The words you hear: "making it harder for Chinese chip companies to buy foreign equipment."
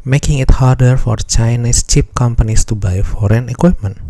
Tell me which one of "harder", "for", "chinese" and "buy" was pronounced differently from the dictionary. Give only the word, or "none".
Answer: chinese